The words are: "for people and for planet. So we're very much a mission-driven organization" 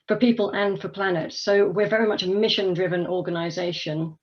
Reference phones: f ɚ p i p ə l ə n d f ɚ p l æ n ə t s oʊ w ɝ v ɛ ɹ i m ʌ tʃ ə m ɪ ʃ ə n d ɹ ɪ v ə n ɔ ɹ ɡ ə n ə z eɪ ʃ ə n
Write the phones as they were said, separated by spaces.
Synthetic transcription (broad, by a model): f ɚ p i p ə l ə n f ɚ p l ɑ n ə t s oʊ w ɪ v ɛ ɹ i m ʌ tʃ ə m ɪ ʃ ə n d ɹ ɪ v ə n ɔ ɡ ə n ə z eɪ ʃ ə n